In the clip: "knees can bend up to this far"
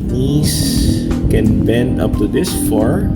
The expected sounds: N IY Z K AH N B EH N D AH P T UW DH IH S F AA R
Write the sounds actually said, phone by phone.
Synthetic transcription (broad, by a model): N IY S K AH N B EH N D AH P T UW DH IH S F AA R